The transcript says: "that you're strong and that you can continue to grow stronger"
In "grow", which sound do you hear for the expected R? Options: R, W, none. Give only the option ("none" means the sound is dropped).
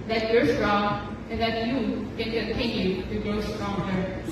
none